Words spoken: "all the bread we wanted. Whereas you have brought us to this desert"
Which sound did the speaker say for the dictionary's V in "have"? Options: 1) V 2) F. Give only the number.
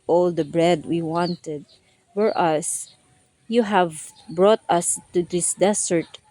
1